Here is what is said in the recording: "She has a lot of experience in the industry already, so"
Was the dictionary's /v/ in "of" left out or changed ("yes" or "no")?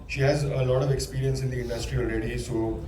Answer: no